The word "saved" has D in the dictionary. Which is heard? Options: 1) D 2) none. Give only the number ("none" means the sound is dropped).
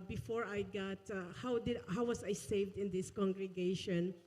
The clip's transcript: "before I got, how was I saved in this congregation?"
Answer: 1